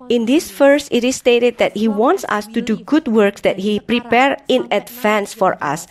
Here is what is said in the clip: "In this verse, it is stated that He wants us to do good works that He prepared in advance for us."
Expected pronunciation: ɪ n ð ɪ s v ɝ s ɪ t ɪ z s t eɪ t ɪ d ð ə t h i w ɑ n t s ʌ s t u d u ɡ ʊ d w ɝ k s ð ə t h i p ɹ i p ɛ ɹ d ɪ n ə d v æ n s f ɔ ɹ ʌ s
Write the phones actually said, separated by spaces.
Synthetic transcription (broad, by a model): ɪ n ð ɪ s f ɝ s ɪ t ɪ s t eɪ t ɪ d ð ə t h i w ɑ n t s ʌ s t u d u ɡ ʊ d w ɝ k s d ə t h i p ɹ i p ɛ ɹ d ɪ n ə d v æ n s f ɔ ɹ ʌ s